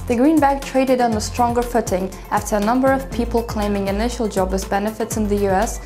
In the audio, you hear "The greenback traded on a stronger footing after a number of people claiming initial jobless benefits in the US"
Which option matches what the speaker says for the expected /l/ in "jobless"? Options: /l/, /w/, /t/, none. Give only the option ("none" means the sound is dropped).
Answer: none